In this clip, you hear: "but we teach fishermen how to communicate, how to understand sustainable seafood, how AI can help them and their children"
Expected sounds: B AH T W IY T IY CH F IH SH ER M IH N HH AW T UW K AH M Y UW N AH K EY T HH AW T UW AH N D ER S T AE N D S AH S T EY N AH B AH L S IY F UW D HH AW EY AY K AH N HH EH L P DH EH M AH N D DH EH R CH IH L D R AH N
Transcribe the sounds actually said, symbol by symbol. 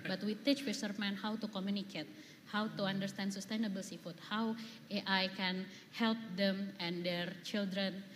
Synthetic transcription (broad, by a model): B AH T W IY T IY CH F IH S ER M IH N HH AW T UW K AH M Y UW N AH K EY T HH AW T UW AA N D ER S T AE N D S AH S T EY N AH B AH L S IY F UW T HH AW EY AY K AH N HH EH L P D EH M AH N D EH R CH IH L D R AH N